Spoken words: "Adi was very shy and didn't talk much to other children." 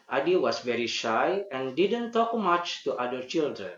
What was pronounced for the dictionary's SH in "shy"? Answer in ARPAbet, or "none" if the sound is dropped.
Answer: SH